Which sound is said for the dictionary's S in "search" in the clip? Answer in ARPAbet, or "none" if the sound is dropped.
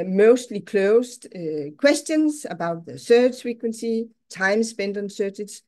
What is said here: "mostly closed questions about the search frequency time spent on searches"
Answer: TH